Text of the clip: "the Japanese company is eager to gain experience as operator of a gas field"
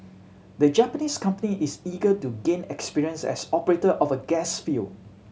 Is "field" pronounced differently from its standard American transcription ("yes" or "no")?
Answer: yes